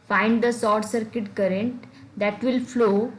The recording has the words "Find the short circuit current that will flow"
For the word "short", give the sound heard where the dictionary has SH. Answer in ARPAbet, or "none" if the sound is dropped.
S